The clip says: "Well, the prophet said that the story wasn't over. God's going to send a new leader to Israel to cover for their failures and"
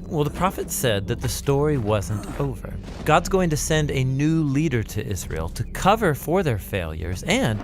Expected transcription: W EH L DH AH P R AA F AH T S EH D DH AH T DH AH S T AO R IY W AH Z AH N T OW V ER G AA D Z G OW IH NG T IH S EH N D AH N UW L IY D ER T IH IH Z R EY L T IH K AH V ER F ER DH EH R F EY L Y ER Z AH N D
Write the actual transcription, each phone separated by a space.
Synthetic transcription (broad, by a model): W EH L DH AH P R AA F AH T S EH D DH AH T DH AH S T AO R IY W AH Z AH N T OW V ER G AA D Z G OW IH NG T IH S EH N D AH N UW L IY D ER T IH IH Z R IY L T IH K AH V ER F ER DH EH R F EY L Y ER Z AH N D